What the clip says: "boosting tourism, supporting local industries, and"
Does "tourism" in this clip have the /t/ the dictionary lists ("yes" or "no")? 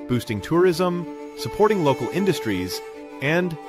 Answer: yes